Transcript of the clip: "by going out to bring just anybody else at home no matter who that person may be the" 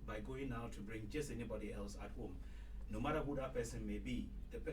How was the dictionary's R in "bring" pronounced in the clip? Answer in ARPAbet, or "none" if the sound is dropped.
R